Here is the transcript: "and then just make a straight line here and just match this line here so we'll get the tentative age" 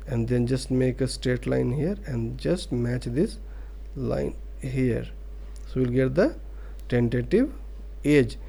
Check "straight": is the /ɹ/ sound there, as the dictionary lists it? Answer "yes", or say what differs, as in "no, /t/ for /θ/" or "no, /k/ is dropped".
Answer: no, /ɹ/ is dropped